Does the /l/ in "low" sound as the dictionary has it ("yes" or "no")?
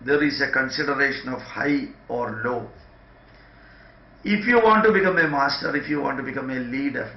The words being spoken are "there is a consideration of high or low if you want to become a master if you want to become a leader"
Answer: yes